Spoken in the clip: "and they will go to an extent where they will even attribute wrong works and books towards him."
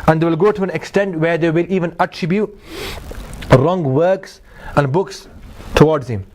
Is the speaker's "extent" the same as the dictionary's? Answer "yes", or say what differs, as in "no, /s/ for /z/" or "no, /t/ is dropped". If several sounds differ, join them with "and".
yes